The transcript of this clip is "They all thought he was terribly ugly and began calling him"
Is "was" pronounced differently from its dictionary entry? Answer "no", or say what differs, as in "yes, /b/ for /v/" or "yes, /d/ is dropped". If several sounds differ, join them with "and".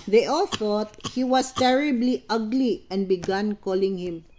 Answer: yes, /s/ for /z/